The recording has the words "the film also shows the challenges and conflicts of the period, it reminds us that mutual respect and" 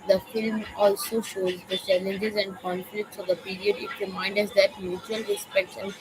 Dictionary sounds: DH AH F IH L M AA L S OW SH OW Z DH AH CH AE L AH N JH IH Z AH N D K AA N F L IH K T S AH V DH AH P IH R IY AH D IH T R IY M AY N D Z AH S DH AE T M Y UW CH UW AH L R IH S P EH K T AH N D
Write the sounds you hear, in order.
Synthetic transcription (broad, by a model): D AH F IH L M AA L S OW SH OW Z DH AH CH AE L AH N JH IH Z AH N D K AA N F L IH K T S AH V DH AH P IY R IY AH D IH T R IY M AY N D AH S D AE T M Y UW CH UW AH L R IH S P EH K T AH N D